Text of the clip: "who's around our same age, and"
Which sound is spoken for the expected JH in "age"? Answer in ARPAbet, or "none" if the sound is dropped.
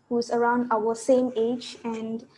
JH